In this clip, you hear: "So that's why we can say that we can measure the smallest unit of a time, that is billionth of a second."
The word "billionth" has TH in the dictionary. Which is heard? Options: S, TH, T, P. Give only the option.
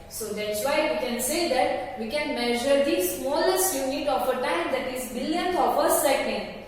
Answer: T